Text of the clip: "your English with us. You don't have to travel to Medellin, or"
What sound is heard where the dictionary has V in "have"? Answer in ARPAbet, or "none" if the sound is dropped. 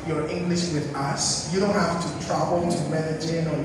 F